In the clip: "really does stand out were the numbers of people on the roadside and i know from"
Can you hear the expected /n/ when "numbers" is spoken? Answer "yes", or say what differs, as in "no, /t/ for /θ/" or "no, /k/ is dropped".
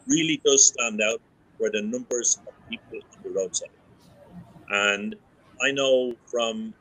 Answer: yes